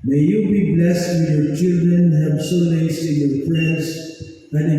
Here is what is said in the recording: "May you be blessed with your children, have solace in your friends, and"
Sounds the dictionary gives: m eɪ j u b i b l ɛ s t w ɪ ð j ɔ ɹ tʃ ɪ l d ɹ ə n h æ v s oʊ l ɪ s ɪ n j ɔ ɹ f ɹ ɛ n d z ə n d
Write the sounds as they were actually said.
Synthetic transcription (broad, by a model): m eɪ j u b i b l ɛ s t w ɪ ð j ɔ ɹ tʃ ɪ l d ɹ ə n h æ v s oʊ n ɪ s ɪ n j ɔ ɹ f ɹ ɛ n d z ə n